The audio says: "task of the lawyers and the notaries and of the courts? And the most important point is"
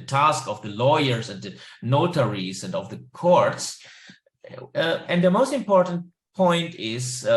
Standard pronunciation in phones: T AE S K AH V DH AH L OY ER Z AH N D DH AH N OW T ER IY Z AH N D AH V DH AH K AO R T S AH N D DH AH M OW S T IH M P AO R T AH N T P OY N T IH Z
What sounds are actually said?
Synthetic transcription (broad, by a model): T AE S K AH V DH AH L OY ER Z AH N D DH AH N OW T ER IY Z AH N D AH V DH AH K AO R T S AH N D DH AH M OW S T IH M P AO R T AH N T P OY N T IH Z